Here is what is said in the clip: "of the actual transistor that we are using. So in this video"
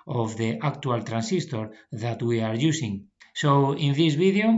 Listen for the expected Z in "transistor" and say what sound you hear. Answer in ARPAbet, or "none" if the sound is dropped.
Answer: S